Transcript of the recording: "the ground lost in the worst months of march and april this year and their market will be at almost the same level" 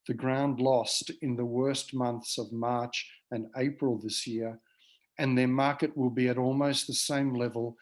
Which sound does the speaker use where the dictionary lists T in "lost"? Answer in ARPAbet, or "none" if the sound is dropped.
T